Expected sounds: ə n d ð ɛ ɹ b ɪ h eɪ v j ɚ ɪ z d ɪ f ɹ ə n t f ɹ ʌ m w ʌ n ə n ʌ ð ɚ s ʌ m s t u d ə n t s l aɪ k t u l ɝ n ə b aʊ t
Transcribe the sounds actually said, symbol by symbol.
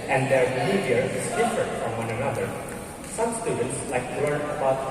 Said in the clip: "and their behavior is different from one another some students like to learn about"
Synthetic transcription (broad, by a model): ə n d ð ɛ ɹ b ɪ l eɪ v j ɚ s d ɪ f ə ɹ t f ɹ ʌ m w ʌ n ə n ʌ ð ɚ s ʌ m s t u d ə n t s l aɪ k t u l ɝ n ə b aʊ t